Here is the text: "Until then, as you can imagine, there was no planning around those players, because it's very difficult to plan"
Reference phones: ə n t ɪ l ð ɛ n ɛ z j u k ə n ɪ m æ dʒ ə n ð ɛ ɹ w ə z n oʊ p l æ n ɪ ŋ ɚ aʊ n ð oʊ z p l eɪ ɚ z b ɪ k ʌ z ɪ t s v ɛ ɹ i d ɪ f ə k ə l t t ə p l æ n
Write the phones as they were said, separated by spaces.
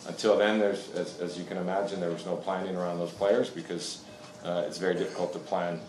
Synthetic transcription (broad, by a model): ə n t ɪ l ð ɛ n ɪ z j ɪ k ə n ɪ m æ dʒ ə n ð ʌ ɹ w ə z n oʊ p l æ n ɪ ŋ ɚ aʊ n ð oʊ z p l eɪ ɚ z b ɪ k ʌ z ɪ t s v ɛ ɹ i d ɪ f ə k l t t ə p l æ n